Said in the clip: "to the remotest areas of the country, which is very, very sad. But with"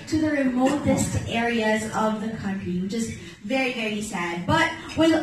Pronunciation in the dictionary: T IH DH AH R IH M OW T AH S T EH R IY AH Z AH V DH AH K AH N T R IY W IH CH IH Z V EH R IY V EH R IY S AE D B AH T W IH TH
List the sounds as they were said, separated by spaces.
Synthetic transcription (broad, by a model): T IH DH AH R IH M OW T AH S T EH R IY AH Z AH V DH AH K AH N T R IY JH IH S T V EH R IY V EH R IY S AE D B AH T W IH